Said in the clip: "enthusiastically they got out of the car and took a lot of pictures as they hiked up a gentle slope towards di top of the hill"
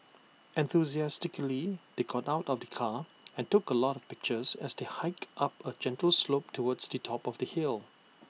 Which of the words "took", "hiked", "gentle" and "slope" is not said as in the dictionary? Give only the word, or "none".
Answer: none